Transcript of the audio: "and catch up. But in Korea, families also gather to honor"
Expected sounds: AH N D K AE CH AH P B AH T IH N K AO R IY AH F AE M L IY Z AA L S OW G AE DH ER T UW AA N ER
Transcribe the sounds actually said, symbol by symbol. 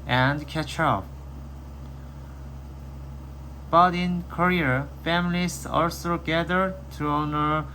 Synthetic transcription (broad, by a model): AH N D K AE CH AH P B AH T IH N K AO R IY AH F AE M L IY S AA L S OW G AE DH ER T UW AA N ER